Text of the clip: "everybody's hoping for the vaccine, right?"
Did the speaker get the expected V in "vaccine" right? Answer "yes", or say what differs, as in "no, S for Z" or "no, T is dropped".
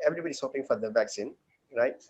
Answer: yes